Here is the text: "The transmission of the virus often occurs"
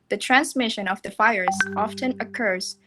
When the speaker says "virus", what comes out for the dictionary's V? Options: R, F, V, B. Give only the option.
F